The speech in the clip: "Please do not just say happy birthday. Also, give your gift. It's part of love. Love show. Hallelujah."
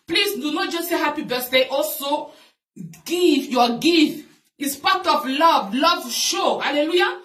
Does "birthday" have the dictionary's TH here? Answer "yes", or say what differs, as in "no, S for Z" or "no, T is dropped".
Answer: no, S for TH